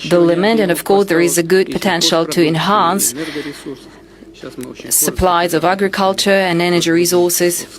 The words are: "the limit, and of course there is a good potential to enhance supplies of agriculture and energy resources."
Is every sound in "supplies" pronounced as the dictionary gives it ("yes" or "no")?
yes